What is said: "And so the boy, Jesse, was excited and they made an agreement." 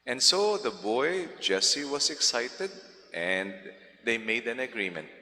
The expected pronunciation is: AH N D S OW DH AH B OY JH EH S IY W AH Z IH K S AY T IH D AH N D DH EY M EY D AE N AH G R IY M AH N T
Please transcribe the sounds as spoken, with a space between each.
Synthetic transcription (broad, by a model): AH N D S OW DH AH B OY JH EH S IY W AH S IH K S AY T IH D AH N D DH EY M EY D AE N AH G R IY M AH N T